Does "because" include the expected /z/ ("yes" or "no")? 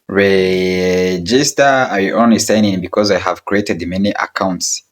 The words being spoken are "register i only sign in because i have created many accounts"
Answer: yes